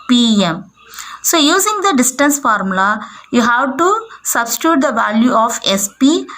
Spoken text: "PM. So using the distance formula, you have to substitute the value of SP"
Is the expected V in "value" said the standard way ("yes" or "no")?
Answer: yes